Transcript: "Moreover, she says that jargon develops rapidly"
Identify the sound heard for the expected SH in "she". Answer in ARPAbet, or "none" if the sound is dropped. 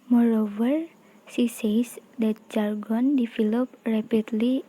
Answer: S